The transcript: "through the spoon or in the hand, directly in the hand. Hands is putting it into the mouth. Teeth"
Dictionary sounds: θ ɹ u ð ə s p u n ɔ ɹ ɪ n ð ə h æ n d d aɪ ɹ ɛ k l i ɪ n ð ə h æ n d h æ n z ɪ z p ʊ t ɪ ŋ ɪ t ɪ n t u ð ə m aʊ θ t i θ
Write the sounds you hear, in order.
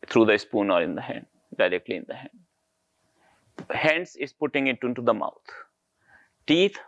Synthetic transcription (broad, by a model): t ɹ u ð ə s p u n ɔ ɹ ɪ n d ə h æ n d d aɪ ɹ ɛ k l i ɪ n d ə h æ n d h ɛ n s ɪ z p ʊ t ɪ ŋ ɪ t ɪ n t u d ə m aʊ t t i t